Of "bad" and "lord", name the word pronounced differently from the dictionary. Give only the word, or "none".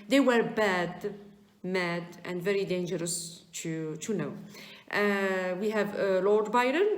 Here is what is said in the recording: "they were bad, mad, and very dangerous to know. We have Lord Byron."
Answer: none